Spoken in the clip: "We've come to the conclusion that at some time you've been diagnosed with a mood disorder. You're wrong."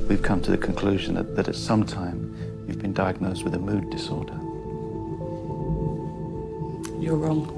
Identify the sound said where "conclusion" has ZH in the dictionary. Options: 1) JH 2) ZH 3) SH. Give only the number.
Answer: 2